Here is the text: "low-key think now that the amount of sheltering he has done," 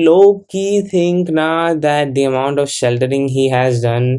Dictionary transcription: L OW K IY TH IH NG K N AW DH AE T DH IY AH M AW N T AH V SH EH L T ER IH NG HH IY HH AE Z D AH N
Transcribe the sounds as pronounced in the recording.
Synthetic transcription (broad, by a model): L OW K IY T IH NG K N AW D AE T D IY AH M AW N T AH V SH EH L T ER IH NG HH IY HH AE Z D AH N